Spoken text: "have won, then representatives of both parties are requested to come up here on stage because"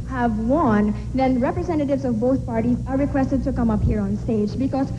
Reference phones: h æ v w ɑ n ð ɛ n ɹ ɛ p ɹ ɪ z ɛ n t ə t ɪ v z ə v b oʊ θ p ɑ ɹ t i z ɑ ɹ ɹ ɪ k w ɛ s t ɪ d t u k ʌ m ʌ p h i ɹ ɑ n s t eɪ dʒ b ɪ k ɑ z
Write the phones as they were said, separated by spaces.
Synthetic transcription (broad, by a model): h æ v w ɑ n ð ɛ n ɹ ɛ p ɹ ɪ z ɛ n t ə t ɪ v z ə v b oʊ t p ɑ ɹ t i z ɑ ɹ ɹ ɪ k w ɛ s t ɪ d t u k ʌ m ʌ p h i ɹ ɑ n s t eɪ dʒ b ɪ k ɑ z